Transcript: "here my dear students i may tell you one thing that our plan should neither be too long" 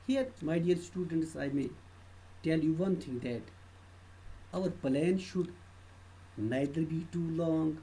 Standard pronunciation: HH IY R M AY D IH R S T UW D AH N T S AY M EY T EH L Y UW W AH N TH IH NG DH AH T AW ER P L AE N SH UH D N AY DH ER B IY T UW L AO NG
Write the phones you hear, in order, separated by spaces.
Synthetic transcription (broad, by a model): HH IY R M AY D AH L S T UW D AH N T S AY M EY T EH L Y UW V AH N T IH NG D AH T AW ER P L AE N SH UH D N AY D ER B IY T UW L AO NG